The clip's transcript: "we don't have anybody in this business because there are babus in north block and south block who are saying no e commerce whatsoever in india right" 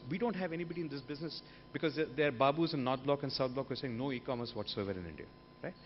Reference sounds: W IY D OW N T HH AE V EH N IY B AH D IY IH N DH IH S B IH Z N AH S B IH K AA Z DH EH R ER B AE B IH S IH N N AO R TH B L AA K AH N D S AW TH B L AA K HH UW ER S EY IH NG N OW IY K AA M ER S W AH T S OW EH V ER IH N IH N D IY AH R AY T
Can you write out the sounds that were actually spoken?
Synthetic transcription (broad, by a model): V IY D OW N T HH AE V EH N IY B AH D IY IH N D IH S B IH Z N AH S B IH K AA Z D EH R B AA B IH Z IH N N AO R T B L AA K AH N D S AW T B L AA K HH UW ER S EY IH NG N OW IY K AA M ER S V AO T S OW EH V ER IH N IH N D IY AH R AY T